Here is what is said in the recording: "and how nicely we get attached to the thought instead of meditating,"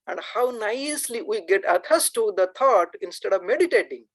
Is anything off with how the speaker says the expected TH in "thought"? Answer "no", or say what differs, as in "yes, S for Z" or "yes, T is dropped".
yes, T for TH